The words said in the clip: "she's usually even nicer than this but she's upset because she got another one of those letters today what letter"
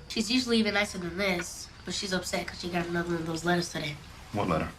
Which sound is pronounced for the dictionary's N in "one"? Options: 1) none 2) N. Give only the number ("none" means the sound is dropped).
1